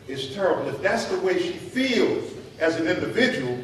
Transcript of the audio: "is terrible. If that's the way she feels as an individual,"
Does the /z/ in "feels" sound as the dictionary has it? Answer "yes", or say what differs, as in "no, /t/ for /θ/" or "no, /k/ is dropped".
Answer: yes